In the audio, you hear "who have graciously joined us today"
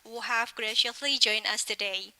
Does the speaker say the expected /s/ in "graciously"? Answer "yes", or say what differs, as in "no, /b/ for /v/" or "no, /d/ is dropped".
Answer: no, /s/ is dropped